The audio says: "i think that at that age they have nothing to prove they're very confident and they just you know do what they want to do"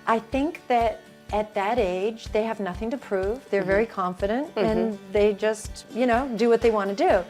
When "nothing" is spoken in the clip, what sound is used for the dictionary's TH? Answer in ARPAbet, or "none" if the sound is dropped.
TH